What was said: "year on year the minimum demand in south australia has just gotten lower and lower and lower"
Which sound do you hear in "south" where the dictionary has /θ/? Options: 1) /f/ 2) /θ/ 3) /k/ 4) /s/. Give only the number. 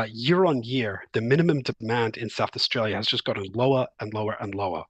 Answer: 2